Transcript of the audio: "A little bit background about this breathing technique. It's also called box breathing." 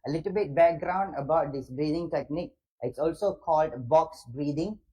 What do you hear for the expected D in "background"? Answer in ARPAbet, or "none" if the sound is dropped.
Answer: D